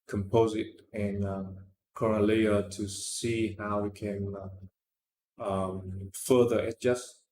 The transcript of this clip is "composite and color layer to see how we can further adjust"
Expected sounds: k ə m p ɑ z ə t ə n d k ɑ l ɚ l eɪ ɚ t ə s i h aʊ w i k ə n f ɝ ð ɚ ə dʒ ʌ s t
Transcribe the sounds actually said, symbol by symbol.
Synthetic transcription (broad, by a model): k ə m p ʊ z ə t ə n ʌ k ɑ n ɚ l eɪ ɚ t ə s i h aʊ w i k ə n f ɝ ð ɚ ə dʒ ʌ s t